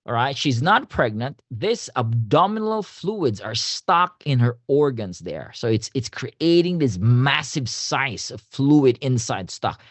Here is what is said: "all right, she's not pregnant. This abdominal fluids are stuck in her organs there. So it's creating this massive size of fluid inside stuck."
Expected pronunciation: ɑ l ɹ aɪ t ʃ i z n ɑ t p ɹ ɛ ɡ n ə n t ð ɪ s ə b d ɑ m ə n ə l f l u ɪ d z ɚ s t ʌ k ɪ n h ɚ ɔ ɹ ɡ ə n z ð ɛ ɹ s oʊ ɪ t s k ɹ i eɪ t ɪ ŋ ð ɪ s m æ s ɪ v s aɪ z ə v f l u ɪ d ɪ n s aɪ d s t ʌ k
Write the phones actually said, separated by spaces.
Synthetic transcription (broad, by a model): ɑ ɹ aɪ t ʃ i z n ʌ t p ɹ ɛ ɡ n ə n t ð ɪ s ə b d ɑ m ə n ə l f l u ɪ d z ɚ s t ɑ k ɪ n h ɚ ɔ ɹ ɡ ə n z ð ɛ ɹ s oʊ ɪ t s k ɹ i eɪ t ɪ ŋ ð ɪ s m æ s ɪ v s aɪ s ə v f l u ɪ d ɪ n s aɪ d s t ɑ k